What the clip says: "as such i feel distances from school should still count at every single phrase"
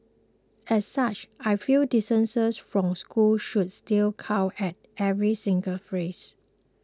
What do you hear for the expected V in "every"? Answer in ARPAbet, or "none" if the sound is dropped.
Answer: V